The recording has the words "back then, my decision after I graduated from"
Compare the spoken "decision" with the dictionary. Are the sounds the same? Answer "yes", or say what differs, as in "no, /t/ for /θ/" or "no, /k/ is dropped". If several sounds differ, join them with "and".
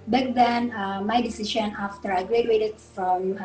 no, /ʃ/ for /ʒ/